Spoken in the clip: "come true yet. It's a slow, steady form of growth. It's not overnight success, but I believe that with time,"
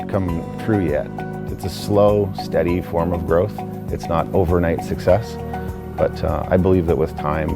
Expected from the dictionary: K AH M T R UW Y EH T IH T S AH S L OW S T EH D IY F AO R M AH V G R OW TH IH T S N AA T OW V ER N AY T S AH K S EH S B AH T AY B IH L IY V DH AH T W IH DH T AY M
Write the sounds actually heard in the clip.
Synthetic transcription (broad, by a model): K AH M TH R UW Y EH T IH T S AH S L OW S T EH D IY F AO R M AH V G R OW TH IH T S N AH T OW V ER N AY T S AH K S EH S B AH T AY B IH L IY V DH AH T W IH DH T AY M